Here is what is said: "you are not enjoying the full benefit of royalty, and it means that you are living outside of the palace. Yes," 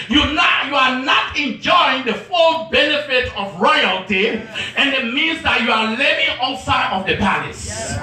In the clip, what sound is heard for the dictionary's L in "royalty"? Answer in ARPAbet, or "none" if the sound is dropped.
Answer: L